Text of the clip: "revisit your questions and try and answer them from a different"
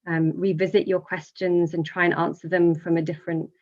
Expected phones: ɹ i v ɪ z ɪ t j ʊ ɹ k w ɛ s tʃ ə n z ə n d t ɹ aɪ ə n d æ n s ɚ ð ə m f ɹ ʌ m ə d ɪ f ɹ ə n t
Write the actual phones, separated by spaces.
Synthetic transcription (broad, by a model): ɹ i v ɪ z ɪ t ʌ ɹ k w ɛ s tʃ ə n z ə n t ɹ aɪ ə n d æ n s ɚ ð ə m f ɹ ʌ m ə d ɪ f ɹ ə n t